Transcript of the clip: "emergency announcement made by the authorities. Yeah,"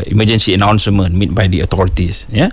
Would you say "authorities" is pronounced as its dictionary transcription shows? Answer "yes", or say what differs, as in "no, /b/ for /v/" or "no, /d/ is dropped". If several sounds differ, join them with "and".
no, /t/ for /θ/ and /s/ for /z/